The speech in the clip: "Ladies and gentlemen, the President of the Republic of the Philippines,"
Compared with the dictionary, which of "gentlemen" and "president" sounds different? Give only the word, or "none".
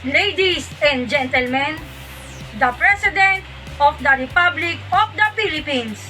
president